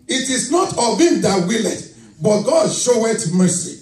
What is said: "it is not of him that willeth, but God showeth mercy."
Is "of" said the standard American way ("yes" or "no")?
no